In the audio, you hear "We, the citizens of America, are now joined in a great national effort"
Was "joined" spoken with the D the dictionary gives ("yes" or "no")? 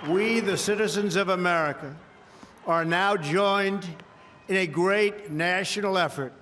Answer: yes